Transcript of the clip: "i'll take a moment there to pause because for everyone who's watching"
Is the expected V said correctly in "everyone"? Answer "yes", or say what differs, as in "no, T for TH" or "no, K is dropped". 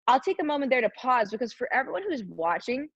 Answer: yes